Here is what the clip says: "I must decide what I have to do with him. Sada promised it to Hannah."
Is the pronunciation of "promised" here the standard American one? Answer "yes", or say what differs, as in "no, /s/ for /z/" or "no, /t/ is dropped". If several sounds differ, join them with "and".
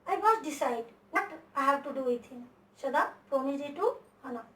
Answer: no, /s/ is dropped